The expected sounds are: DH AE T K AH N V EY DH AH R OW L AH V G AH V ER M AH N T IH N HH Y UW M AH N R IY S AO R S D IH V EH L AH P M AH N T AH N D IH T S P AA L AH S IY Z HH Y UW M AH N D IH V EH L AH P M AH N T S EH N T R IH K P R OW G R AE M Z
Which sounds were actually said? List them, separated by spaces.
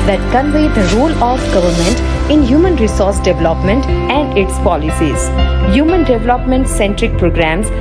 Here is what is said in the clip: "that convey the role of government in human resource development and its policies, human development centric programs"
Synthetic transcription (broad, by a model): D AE T K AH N V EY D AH R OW L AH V G AH V ER M AH N T IH N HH Y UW M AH N R IY S AO R S D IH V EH L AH P M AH N T AH N D IH T S P AA L AH S IY Z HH Y UW M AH N D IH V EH L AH P M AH N T S EH N T R IH K P R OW G R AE M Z